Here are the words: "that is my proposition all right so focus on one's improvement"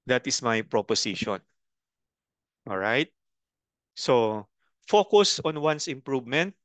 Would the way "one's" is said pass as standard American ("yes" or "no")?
no